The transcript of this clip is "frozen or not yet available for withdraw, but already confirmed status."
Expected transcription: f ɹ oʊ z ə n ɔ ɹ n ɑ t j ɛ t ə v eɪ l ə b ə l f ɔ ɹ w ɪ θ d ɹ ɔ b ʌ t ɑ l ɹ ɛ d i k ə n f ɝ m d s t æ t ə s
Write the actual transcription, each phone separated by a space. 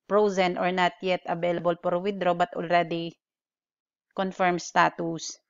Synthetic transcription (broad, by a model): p ɹ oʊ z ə n ɔ ɹ n ɑ t j ɛ t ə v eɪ l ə b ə l p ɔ ɹ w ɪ d ɹ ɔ b ʌ t ɑ l ɹ ɛ d i k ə n f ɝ m s t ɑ t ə s